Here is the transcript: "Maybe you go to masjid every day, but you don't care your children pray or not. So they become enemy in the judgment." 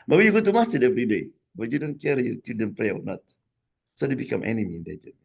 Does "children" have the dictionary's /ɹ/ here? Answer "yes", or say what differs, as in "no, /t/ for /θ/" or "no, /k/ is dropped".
no, /ɹ/ is dropped